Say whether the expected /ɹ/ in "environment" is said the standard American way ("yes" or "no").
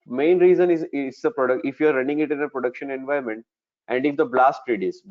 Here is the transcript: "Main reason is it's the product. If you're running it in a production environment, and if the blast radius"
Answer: no